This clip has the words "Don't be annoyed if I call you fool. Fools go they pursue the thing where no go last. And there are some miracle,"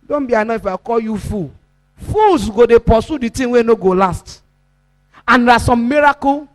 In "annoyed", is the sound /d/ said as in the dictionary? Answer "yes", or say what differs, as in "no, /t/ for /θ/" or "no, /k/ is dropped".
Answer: no, /d/ is dropped